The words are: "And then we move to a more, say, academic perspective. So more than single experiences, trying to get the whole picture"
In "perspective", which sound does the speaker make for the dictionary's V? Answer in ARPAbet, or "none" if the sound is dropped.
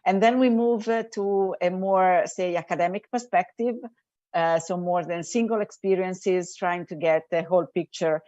V